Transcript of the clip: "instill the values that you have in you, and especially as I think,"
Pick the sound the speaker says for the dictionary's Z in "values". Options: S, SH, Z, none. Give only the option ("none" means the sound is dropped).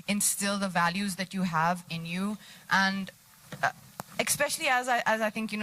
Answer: Z